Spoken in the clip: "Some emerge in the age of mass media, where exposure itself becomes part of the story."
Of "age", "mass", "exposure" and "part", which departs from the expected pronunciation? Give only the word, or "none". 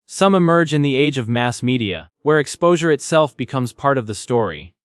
none